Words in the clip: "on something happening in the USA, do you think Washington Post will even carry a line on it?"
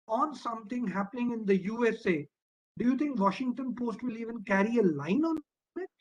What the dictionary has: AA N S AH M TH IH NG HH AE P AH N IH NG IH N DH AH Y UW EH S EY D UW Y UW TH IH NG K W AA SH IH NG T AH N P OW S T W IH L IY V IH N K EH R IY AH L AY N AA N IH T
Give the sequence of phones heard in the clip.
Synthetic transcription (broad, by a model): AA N S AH M T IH NG HH AE P AH N IH NG IH N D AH Y UW EH S EY D UW Y UW T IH NG K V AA SH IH NG T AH N P OW S T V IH L IY V IH N K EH R IY AH L AY N AA N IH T